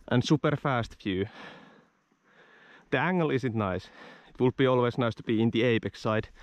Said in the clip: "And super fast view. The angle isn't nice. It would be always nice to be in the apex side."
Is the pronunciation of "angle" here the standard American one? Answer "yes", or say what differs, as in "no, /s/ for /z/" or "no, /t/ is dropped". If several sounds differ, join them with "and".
yes